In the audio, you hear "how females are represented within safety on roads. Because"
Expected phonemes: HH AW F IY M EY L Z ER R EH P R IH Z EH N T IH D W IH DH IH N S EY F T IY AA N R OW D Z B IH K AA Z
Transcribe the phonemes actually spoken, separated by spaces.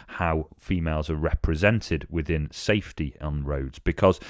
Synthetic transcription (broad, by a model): HH AW F IY M EY L Z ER R EH P R IH Z EH N T IH D W IH DH IH N S EY F T IY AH N R OW D Z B IH K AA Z